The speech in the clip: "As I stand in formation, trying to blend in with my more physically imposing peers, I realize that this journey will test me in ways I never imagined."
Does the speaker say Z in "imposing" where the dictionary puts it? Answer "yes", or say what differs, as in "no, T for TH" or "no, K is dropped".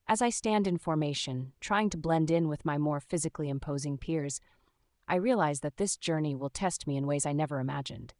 yes